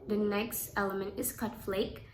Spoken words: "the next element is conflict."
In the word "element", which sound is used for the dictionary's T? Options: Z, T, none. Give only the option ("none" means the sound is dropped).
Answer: T